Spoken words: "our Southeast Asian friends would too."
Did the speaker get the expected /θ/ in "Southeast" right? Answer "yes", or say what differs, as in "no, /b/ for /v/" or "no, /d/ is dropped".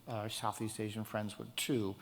yes